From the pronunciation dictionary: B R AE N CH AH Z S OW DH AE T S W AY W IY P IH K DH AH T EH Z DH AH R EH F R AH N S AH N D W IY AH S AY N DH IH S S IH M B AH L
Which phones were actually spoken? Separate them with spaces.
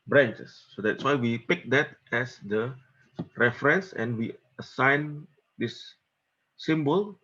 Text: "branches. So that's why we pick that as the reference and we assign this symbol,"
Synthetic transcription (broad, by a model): B R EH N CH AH S OW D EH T S W AY W IY P IH K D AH T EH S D AH R EH F R AH N S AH N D W IY AH S AY N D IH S S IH M B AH L